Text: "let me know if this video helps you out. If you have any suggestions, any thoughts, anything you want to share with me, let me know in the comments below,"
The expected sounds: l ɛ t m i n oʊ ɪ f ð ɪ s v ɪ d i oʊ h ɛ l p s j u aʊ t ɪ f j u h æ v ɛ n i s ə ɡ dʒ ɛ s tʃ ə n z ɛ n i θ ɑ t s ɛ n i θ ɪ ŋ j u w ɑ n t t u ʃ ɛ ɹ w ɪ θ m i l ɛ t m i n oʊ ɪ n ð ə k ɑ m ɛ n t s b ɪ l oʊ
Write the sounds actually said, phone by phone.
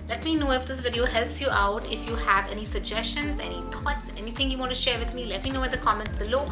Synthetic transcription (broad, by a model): l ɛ t m i n oʊ ɪ f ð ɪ s v ɪ d i oʊ h ɛ l p s j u aʊ t ɪ f j u h æ v ɛ n i s ə ɡ dʒ ɛ s tʃ ə n z ɛ n i t ɑ t s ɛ n i t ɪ ŋ j u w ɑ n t t u ʃ ɛ ɹ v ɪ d m i l ɛ t m i n oʊ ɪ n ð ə k ɑ m ɛ n t s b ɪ l oʊ